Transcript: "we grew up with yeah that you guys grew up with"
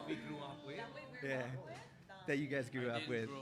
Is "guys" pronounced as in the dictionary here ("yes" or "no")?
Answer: yes